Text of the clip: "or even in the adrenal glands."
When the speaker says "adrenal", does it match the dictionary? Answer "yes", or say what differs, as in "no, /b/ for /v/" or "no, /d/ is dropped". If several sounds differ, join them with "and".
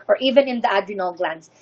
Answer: no, /ɹ/ is dropped